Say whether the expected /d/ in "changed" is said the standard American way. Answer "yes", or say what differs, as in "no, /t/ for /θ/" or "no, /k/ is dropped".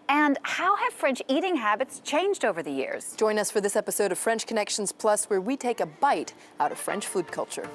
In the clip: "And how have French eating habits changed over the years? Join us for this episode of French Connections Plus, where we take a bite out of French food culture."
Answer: yes